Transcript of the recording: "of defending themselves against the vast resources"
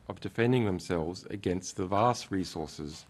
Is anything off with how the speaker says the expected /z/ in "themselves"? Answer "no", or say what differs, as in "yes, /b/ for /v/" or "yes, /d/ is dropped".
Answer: no